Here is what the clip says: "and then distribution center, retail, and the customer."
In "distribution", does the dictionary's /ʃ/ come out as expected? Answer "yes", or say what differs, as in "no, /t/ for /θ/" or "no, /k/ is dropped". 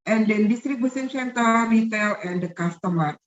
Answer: no, /s/ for /ʃ/